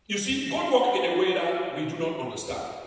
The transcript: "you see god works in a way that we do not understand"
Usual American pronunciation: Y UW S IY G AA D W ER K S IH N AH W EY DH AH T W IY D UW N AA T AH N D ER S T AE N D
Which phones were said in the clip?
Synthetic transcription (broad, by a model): Y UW S IY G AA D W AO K IH N AH W EY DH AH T W IY D UW N AA T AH N D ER S T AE N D